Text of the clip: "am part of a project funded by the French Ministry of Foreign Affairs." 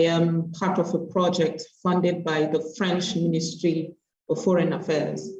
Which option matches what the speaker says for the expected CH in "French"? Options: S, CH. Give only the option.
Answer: CH